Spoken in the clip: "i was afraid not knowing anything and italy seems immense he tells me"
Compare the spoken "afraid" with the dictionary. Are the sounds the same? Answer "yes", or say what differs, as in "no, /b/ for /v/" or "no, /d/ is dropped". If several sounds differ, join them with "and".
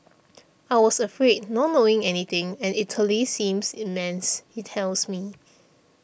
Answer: yes